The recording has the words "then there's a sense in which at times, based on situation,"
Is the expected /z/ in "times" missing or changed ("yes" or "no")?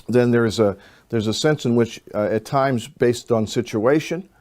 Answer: no